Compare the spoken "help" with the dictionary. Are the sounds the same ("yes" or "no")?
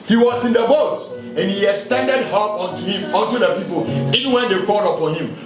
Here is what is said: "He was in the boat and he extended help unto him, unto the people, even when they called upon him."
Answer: no